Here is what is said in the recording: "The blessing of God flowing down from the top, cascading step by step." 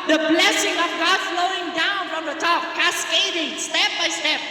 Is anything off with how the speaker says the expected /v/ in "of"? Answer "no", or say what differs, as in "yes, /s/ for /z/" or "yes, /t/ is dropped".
no